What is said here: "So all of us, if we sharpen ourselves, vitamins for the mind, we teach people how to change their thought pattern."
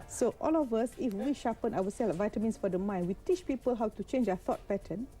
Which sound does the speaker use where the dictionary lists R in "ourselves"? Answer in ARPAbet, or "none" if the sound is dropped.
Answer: W